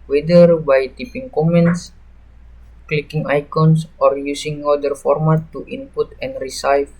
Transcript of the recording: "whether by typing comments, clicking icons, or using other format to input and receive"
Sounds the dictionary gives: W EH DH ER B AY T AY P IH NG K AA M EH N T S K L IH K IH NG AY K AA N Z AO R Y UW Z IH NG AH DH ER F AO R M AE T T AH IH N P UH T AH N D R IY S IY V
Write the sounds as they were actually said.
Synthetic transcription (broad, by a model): W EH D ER B AY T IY P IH NG K AA M EH N T S K L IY K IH NG AY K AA N S AO R Y UW S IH NG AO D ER F AO R M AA T T AH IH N P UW T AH N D R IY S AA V